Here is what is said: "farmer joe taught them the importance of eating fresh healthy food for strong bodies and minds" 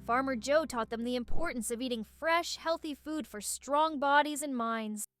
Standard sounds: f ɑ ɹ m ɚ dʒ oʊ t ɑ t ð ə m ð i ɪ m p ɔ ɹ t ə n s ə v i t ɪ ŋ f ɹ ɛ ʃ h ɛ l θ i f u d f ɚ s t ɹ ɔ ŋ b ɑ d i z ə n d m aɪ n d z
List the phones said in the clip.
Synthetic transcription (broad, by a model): f ɑ ɹ m ɚ dʒ oʊ t ɑ t ð ə m ð i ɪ m p ɔ ɹ t n s ə v i t ɪ ŋ f ɹ ɛ ʃ h ɛ l θ i f u d f ɚ s t ɹ ɔ ŋ b ɑ d i z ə n m aɪ n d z